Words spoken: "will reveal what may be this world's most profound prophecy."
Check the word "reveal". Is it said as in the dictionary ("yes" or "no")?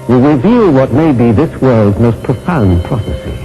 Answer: yes